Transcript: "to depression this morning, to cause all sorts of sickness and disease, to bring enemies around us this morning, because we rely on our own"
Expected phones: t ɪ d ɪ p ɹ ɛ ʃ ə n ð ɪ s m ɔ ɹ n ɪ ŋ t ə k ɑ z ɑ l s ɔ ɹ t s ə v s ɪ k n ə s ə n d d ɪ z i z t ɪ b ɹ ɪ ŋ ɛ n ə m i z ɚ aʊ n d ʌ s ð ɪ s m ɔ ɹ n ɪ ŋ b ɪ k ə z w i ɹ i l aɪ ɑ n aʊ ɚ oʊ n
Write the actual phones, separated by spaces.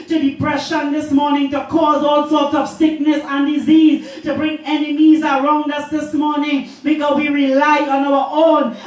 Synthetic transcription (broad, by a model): t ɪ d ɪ p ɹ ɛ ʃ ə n ð ɪ s m ɔ ɹ n ɪ ŋ t ə k ɑ z ɑ l s ɔ ɹ t s ə v s ɪ k n ə s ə n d d ɪ z i z t ɪ b ɹ ɪ ŋ ɛ n ə m i z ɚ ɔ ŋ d ʌ s ð ɪ s m ɔ ɹ n ɪ ŋ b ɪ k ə w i ɹ i l aɪ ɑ n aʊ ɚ oʊ n